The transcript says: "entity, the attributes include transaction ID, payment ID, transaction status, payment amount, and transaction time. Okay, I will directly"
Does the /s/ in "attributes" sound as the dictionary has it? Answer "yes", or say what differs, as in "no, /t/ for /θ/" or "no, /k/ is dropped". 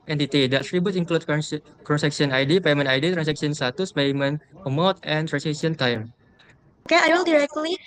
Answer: no, /s/ is dropped